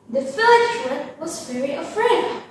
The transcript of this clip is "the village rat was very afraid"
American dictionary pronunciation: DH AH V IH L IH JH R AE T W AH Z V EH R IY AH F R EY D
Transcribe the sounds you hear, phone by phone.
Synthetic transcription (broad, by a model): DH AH F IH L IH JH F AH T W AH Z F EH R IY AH F R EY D